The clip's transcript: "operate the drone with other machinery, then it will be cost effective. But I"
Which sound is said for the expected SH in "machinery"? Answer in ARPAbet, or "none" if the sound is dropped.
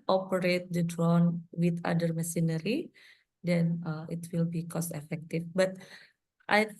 S